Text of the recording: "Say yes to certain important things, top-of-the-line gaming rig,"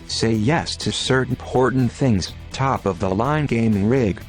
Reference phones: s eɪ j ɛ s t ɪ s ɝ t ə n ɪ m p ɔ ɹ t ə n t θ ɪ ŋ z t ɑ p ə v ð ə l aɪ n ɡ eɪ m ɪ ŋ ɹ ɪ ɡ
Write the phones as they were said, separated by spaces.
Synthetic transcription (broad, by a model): s eɪ j ɛ s t ɪ s ɝ t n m p ɔ ɹ t n θ ɪ ŋ z t ɑ p ə v ð ə l aɪ n ɡ eɪ m ɪ ŋ ɹ ɪ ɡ